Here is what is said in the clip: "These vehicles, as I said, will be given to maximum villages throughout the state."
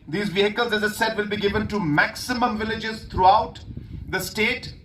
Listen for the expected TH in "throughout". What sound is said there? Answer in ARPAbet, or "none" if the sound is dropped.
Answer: T